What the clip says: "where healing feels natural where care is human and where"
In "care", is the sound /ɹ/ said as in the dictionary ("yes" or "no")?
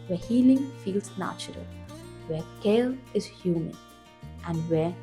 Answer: no